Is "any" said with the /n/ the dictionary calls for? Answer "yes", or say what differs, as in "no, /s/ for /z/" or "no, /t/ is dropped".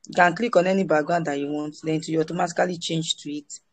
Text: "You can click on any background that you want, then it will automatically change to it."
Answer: yes